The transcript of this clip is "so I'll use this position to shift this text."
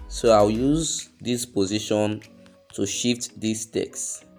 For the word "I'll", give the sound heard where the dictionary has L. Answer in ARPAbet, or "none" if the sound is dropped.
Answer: W